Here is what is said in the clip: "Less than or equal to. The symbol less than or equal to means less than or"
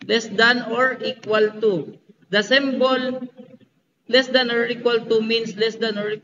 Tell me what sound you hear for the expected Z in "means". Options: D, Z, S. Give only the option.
S